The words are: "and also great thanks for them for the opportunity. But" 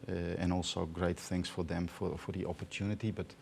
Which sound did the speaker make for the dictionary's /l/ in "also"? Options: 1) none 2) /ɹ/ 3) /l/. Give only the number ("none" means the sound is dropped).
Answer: 3